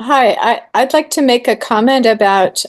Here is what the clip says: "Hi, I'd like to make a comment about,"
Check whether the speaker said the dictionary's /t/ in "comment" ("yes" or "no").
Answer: yes